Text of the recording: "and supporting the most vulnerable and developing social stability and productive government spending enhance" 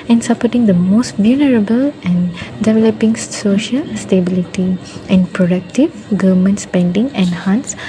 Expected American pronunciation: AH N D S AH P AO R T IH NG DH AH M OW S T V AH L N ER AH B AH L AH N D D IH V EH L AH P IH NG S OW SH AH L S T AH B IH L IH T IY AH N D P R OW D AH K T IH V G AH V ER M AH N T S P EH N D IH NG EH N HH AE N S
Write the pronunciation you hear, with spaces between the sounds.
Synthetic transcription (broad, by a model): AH N S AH P AO T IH NG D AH M OW S T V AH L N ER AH B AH L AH N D D IH V EH L AH P IH NG S OW SH AH L S T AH B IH L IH T IY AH N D P R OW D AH K T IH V G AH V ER M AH N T S P EH N D IH NG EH N HH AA N S